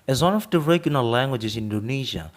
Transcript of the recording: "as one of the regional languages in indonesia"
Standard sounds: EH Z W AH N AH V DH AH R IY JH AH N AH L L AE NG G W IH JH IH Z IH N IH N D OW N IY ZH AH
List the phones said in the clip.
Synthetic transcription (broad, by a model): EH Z W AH N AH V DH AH R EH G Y L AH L L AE NG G W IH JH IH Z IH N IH N D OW N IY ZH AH